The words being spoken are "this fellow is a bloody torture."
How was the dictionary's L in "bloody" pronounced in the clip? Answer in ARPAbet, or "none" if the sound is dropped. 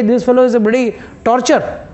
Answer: none